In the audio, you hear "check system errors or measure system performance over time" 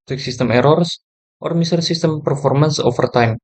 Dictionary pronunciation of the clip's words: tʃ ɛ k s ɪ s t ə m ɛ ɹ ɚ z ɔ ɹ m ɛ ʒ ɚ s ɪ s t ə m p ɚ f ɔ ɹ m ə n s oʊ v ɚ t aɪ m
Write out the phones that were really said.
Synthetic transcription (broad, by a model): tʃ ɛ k s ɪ s t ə m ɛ ɹ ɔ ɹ ɔ ɹ m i s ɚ s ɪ s t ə m p ɚ f ɔ ɹ m ə n s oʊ f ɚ t aɪ m